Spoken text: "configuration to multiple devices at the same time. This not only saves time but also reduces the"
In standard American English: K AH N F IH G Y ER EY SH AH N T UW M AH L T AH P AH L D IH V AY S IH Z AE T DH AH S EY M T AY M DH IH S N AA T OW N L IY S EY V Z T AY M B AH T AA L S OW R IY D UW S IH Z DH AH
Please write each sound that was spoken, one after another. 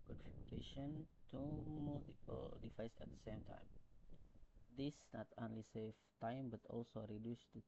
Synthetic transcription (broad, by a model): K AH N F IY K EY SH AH N T UW M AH L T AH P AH L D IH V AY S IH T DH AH S EY M T AY M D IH S N AA T OW N L IY S EY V T AY M B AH T AA L S OW R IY D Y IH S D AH